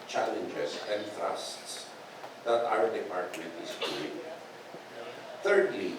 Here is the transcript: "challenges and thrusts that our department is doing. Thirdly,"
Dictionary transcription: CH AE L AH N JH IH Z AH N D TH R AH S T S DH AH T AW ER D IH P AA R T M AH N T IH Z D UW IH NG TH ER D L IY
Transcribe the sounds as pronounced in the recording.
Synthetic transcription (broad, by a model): CH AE L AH N JH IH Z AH N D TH R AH S T S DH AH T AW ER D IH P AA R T AH T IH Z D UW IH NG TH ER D L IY